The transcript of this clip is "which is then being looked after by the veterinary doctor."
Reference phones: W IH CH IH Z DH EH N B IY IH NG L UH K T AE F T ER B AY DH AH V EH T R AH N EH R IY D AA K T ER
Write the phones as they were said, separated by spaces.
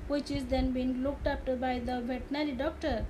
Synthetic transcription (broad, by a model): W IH CH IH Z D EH N B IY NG L UH K T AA P T B AY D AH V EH T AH N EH L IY D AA K T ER